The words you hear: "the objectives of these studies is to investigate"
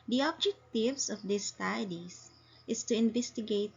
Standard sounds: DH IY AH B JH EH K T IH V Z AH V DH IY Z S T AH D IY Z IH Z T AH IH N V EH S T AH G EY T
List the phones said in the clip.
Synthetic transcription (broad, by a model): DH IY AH B JH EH K T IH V S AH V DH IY S T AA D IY S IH S T AH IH N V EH S T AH G EY T